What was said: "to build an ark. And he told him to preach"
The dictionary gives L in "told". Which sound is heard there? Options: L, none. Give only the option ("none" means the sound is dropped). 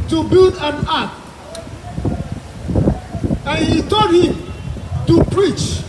none